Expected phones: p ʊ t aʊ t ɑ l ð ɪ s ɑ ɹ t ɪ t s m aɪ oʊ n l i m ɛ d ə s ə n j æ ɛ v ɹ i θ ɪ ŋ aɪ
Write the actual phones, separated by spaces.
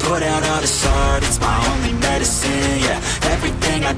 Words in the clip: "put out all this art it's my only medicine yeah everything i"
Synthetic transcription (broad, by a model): ʊ t aʊ t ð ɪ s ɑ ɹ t ɪ t s m aɪ oʊ n l i m ɛ d ə s ə n j æ ɛ v ɹ i θ ɪ ŋ aɪ